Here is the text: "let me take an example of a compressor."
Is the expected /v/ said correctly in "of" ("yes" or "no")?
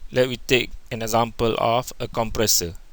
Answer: no